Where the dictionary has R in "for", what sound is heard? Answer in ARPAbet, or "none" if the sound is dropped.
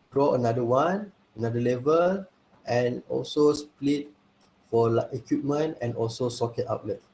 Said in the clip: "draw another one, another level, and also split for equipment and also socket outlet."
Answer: L